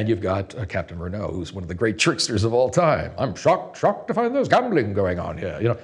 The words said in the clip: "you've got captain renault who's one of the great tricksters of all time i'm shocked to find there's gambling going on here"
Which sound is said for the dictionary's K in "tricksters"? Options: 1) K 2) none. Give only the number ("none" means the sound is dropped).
1